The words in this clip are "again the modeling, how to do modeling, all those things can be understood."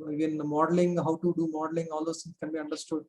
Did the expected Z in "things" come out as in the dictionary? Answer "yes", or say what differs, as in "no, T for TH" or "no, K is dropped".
no, Z is dropped